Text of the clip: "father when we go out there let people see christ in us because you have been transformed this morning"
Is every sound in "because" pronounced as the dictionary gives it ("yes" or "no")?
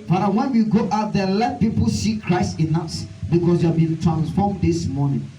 no